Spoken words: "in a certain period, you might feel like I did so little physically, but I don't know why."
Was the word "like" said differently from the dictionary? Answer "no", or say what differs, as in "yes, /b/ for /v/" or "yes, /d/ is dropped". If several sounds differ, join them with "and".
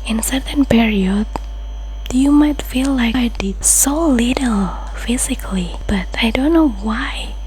yes, /k/ is dropped